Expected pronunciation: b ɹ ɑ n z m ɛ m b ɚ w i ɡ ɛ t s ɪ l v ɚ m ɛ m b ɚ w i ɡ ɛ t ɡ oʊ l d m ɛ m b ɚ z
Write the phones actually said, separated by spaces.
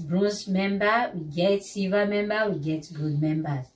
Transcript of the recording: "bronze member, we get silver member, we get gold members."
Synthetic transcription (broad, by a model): b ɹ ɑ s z m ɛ m b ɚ w i ɡ ɛ t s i v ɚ m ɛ m b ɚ w i ɡ ɛ t ɡ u d m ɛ m b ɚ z